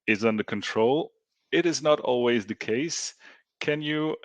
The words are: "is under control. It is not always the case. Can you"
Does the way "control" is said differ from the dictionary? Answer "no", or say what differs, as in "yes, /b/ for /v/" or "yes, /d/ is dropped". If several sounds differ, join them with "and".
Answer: no